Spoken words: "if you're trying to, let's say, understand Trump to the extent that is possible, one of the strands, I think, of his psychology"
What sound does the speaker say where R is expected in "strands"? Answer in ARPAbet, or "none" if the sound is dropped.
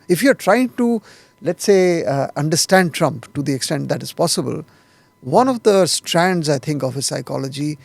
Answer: R